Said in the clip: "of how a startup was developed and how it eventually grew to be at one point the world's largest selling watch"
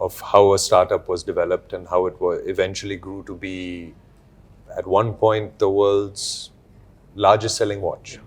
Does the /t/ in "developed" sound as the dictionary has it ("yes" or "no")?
yes